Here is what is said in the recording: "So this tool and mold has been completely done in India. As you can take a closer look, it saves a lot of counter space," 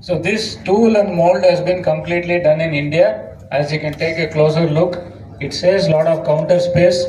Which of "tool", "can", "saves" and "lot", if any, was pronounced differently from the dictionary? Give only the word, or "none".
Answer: saves